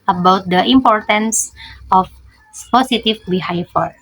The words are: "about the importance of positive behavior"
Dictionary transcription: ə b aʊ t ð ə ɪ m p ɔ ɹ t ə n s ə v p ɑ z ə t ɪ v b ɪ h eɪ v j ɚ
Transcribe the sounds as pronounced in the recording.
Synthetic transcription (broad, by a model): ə b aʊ t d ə ɪ m p ɔ ɹ t ə n s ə f p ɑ s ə t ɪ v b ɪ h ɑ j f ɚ